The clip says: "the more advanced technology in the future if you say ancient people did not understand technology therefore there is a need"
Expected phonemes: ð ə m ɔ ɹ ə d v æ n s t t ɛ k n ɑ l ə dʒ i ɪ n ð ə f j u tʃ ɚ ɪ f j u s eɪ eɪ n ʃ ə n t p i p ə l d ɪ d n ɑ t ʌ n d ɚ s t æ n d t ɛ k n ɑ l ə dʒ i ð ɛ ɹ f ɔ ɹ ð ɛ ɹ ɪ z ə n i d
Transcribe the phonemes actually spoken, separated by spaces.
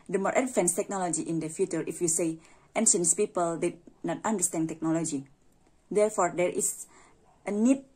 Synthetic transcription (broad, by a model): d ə m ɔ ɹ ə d f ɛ n s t t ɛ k n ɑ l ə dʒ i ɪ n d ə f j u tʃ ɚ ɪ f j u s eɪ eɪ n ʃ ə n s p i p ə l d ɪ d n ɑ t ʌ n d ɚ s t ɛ n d t ɛ k n ɑ l ə dʒ i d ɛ ɹ f ɔ ɹ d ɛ ɹ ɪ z ə n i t